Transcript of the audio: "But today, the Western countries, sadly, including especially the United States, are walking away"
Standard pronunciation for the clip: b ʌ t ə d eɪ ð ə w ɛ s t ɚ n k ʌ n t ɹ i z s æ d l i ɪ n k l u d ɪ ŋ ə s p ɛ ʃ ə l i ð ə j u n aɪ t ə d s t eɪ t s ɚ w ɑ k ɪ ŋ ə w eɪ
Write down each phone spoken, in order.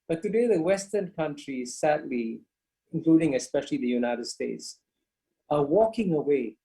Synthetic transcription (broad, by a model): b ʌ t ə d eɪ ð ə w ɛ s t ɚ n k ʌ n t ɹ i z s æ d l i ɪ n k l u d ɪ ŋ ə s p ɛ ʃ ə l i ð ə j u n aɪ t ə d s t eɪ t s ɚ w ɑ k ɪ ŋ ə w eɪ